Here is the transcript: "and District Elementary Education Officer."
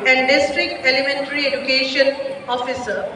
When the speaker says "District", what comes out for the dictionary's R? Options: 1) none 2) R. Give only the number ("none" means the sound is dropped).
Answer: 2